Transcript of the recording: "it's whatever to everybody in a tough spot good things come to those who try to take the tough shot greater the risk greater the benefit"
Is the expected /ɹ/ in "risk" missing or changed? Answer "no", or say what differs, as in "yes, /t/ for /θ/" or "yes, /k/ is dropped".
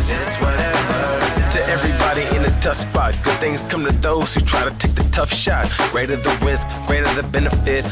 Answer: yes, /w/ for /ɹ/